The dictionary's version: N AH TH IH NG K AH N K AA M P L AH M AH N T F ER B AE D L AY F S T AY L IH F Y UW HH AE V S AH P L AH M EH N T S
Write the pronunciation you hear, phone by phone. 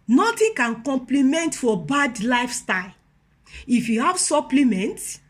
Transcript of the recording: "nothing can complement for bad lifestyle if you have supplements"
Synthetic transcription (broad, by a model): N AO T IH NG K AH N K AA M P L AH M AH N T F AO B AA D L AY F S T AY L IH F Y UW HH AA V S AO P L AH M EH N T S